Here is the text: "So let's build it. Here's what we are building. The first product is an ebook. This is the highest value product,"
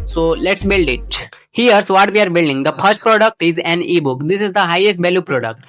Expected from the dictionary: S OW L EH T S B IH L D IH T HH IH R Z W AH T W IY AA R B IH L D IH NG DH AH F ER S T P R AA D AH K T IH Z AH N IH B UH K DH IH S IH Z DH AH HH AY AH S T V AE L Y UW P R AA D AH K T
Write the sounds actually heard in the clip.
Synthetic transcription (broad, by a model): S OW L EH T S B IH L D IH T HH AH R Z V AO T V IY AA R B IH L D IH NG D AH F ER S T P R AA D AH K T IH Z AH N IH B UH K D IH S IH Z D AH HH AY AH S T B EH L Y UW P R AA D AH K T